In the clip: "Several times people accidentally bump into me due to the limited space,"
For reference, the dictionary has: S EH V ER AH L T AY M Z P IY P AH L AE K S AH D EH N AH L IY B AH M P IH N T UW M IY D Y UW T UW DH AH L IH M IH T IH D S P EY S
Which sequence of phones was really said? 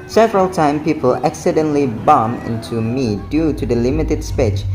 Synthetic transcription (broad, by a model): S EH V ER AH L T AY M P IY P AH L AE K S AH D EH N L IY B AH M IH N T UW M IY D Y UW T UW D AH L IH M IH T IH D S P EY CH